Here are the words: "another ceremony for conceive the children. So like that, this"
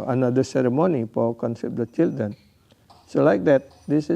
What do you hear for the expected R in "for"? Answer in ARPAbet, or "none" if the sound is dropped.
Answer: L